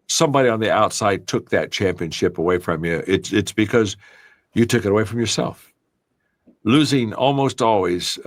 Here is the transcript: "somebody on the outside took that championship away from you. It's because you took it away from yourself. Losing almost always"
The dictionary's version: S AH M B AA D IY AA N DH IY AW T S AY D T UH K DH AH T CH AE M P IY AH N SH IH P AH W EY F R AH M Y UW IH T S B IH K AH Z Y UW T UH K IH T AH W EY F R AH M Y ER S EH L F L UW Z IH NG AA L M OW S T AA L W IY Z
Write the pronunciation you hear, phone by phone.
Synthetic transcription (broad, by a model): S AH M B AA D IY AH N DH IY AW T S AY D T UH K DH AH T CH AE M P IY AH N SH IH P AH W EY F R AH M Y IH IH T S B IH K AH Z Y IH T UH K IH T AH W EY F R AH M Y ER S EH L F L UW Z IH NG AA L M OW S T AA L W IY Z